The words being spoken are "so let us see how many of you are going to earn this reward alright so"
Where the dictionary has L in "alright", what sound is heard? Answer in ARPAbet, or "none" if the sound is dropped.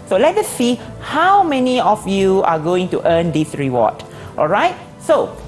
L